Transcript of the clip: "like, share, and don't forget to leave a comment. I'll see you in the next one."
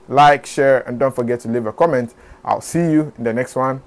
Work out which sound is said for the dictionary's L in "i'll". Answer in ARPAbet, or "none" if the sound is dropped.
L